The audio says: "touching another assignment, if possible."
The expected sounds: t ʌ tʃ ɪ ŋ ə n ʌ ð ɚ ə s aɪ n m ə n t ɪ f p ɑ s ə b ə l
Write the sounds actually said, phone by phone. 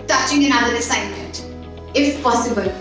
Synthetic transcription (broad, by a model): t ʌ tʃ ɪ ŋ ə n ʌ ɚ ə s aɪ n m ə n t ɪ f p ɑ s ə b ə l